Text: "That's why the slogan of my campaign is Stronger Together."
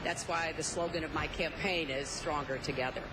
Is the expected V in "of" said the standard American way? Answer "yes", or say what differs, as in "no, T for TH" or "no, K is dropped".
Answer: yes